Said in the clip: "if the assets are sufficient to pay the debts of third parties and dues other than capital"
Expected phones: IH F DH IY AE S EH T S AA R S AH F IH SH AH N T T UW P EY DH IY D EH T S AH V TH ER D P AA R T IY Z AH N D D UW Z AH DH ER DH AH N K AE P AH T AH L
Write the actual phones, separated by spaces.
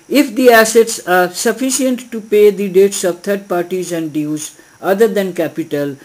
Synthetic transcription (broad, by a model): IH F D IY AE S EH T S AA R S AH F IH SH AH N T T UW P EY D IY D EH T S AH V T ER D P AA R T IY Z AH N D D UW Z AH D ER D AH N K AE P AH T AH L